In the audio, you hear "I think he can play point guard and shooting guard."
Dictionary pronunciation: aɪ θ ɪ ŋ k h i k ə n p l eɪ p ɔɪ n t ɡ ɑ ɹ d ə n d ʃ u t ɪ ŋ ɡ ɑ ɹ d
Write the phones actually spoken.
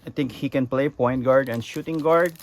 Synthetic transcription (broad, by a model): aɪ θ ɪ ŋ k h i k ə n p l eɪ p ɔɪ n t ɡ ɑ ɹ d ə n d ʃ u t ɪ ŋ ɡ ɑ ɹ d